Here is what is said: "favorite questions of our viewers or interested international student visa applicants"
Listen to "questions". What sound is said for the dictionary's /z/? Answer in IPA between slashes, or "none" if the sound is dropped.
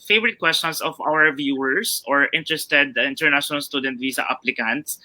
/s/